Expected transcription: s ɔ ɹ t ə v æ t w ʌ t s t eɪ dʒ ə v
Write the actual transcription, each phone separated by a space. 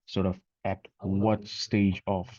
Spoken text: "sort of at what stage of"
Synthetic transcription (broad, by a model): s ɔ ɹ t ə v æ t w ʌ t s t eɪ dʒ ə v